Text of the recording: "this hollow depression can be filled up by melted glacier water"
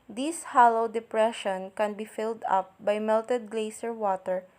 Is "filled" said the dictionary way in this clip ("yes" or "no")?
yes